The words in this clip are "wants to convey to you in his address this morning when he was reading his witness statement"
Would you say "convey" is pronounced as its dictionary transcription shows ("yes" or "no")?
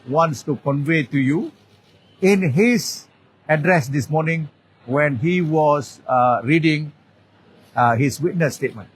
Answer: yes